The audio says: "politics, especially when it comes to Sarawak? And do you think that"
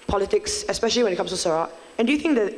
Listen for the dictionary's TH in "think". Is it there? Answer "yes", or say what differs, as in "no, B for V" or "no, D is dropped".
yes